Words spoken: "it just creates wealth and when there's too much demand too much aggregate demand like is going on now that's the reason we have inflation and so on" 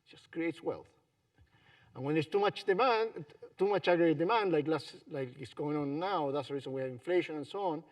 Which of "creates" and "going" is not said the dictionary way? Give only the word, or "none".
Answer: none